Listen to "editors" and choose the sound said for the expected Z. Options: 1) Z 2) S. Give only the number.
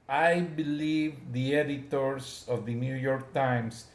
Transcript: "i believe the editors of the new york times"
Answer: 2